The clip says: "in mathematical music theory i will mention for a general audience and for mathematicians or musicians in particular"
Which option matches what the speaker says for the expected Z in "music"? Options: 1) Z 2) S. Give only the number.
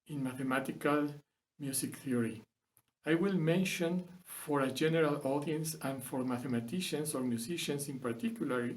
2